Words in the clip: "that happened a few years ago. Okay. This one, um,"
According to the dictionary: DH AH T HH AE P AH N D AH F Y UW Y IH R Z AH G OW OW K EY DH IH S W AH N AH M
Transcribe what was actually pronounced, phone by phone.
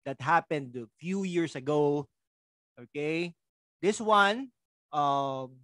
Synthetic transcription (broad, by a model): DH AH T HH AE P AH N D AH F Y UW Y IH R S AH G OW OW K EY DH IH S W AH N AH M